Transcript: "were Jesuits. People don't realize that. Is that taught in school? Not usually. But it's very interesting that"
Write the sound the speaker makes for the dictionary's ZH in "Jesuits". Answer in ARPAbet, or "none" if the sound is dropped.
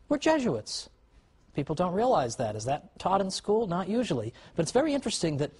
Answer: ZH